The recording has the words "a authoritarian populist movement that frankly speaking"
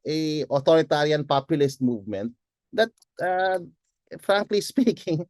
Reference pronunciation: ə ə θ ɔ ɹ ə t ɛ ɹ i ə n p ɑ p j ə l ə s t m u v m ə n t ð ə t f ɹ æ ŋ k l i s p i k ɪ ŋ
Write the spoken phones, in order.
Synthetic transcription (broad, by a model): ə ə t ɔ ɹ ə t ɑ ɹ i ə n p ɑ p j ə l ə s t m u v m ə n t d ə t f ɹ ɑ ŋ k l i s p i k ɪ ŋ